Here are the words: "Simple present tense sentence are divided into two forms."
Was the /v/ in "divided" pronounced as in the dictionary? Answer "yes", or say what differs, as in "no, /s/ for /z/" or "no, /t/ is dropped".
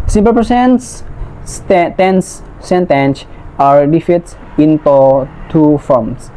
no, /f/ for /v/